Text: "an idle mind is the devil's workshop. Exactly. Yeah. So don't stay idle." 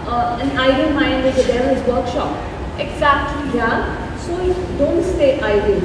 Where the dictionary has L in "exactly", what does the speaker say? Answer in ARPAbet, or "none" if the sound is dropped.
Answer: L